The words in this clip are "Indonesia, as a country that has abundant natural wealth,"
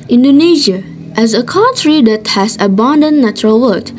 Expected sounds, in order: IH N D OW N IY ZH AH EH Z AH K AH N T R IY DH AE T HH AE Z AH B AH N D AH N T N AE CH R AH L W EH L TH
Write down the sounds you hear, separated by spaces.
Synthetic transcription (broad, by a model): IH N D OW N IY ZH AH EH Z AH K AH N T R IY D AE T HH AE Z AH B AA N D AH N N AE CH R AH L W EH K